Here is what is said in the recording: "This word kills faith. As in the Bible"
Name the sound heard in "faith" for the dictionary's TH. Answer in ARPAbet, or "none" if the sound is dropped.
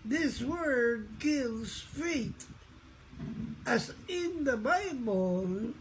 T